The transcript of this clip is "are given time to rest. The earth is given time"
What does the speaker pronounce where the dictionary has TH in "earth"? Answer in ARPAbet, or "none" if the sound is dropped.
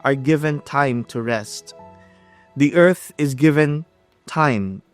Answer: TH